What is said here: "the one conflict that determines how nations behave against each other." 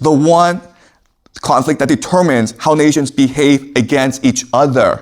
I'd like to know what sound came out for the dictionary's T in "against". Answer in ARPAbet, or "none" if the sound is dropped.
T